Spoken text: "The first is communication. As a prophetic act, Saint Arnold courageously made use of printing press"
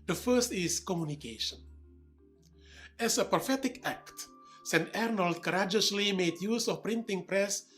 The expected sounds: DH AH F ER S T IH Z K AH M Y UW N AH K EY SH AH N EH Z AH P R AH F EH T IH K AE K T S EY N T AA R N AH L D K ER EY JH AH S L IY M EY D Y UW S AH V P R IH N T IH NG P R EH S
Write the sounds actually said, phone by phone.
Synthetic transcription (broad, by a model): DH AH F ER S T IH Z K AH M Y UW N AH K EY SH AH N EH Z AH P R AH F EH T IH K AE K T S EY N T AA R N AH L D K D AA JH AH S L IY M EY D Y UW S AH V P R IH N T IH NG P R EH S